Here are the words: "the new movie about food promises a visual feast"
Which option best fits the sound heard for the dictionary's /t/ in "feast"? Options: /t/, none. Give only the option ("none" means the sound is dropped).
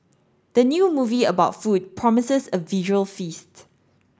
/t/